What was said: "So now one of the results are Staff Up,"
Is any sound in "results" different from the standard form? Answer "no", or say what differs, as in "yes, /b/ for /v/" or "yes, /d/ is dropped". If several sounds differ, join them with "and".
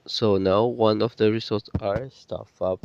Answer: yes, /l/ is dropped